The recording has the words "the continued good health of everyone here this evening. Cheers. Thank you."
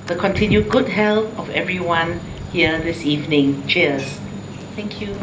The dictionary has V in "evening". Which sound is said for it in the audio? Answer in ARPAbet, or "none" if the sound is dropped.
V